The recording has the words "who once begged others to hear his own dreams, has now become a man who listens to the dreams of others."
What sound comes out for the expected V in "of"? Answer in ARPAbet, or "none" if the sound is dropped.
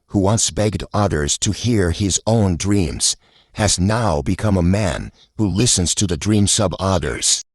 B